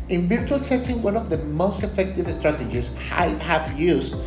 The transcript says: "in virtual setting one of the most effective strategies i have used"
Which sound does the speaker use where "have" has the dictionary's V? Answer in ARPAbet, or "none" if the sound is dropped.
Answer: F